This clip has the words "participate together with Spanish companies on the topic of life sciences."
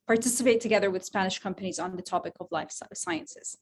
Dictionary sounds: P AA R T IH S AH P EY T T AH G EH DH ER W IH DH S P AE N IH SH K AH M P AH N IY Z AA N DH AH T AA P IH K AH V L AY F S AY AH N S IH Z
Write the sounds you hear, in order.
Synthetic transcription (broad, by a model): P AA R T IH S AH P EY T T AH G EH DH ER W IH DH S P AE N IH SH K AH M P AH N IY Z N DH AH T AA P IH K AH V L AY F S AY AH N S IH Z